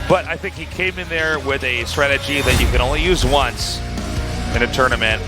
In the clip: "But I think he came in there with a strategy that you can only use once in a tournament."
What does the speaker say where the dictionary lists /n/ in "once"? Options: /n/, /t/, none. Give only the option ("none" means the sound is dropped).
/n/